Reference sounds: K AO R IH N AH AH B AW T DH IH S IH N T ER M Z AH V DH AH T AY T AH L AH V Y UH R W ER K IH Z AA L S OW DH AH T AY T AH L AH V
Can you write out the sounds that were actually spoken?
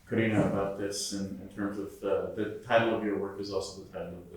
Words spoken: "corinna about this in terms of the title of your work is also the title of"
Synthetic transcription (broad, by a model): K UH R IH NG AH AH B AW T DH IH S IH N T ER M Z AH V DH AH T AY T L AH V Y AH R W ER K IH Z AA L S OW DH AH T AY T L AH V